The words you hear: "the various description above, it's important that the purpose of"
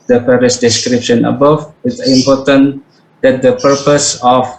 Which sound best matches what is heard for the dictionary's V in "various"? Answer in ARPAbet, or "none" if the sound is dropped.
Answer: P